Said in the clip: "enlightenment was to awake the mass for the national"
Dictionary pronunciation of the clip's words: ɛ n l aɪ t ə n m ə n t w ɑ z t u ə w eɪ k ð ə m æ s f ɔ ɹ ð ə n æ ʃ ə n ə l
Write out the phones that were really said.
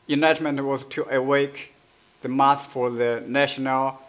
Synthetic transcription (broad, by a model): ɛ n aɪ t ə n m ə n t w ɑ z t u ə w eɪ k ð ə m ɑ θ f ɔ ɹ ð ə n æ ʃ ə n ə l